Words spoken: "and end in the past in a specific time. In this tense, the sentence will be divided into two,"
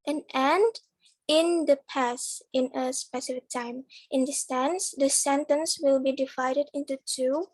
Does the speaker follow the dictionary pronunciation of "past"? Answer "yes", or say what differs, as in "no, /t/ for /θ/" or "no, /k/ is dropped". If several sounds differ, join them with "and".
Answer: no, /t/ is dropped